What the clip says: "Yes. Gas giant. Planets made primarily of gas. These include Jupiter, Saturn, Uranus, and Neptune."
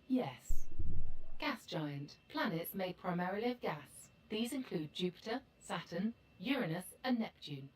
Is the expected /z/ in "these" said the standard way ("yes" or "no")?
yes